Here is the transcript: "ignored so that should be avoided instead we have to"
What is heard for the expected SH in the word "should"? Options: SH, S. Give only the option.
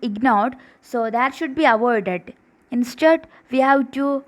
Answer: SH